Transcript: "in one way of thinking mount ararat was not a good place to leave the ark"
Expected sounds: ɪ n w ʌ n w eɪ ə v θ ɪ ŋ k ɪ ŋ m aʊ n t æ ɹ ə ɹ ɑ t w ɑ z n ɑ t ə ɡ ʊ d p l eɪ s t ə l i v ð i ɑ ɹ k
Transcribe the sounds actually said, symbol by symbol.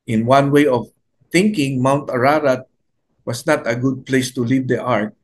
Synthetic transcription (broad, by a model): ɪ n w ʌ n w eɪ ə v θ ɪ ŋ k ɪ ŋ m aʊ n t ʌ ɹ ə ɹ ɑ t w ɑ s n ɑ t ə ɡ ʊ d p l eɪ s t ə l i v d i ɑ ɹ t